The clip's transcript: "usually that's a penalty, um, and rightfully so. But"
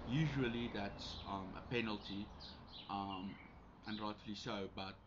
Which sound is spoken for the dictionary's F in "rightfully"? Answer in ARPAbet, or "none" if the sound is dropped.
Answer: none